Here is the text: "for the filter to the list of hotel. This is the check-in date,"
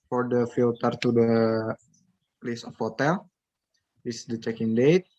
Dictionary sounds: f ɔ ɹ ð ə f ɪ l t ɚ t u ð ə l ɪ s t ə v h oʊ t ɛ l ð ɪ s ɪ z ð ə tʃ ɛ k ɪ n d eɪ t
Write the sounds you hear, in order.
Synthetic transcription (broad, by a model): f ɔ ɹ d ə f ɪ l t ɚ t u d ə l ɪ s ə f h oʊ t ɛ l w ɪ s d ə tʃ ɛ k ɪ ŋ d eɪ t